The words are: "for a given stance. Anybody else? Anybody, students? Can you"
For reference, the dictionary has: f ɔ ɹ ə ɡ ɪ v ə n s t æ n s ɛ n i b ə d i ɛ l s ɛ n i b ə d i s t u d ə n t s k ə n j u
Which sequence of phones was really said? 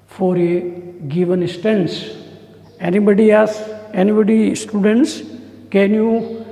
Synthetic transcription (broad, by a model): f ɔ ɹ ə ɡ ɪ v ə n s t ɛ n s ɛ n i b ə d i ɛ s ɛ n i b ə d i s t u d ə n t s k ə n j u